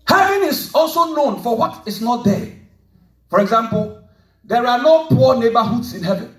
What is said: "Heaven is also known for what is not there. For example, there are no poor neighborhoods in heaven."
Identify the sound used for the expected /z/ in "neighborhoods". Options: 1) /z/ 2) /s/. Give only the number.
2